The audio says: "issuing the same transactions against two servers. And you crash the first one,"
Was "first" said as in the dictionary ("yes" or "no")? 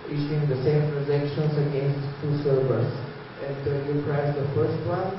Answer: yes